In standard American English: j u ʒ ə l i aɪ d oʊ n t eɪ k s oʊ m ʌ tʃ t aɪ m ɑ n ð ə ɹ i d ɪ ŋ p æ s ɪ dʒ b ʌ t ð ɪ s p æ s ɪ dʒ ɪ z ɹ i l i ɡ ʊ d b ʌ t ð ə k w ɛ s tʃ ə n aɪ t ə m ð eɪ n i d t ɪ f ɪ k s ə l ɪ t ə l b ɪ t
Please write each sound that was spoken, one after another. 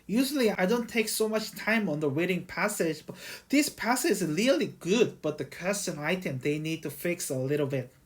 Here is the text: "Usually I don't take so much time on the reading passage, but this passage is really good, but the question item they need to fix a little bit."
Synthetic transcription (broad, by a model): j u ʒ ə l i aɪ d oʊ n t eɪ k s oʊ m ʌ tʃ t aɪ m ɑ n ð ə w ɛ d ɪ ŋ p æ s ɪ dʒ b ʌ t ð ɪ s p æ s ɪ dʒ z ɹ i l i ɡ ʊ d b ʌ t ð ə k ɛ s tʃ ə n aɪ t ə m ð eɪ n i d t ɪ f ɪ k s ə l ɪ t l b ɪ t